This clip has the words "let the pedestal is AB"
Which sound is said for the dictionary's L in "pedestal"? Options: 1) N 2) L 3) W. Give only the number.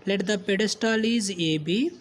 2